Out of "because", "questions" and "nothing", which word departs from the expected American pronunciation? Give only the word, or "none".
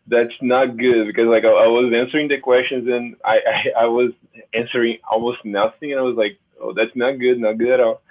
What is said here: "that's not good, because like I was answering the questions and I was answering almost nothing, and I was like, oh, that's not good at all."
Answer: none